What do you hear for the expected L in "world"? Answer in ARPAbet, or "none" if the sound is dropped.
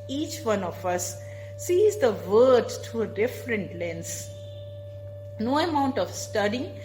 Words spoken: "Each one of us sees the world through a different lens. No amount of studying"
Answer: none